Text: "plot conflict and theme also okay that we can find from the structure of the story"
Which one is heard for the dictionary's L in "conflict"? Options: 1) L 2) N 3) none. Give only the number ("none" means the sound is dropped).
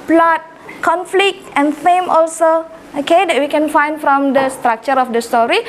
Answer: 1